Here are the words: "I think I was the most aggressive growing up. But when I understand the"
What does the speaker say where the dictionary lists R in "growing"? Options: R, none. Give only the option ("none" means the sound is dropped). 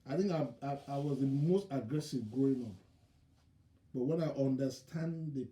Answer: none